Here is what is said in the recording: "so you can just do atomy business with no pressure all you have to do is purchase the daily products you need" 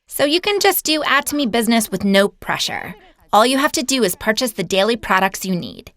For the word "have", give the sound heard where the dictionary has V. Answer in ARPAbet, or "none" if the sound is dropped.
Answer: F